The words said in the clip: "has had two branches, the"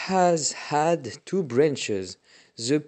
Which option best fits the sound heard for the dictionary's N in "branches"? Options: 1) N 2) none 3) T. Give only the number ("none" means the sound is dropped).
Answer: 1